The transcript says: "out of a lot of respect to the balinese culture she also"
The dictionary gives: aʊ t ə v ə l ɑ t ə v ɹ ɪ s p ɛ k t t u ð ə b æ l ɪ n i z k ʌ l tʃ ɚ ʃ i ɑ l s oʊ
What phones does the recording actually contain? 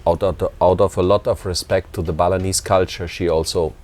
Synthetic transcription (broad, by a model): aʊ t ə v ə l ɑ t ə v ɹ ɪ s p ɛ k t t u ð ə b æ l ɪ n i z k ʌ l tʃ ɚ ʃ i ɑ l s oʊ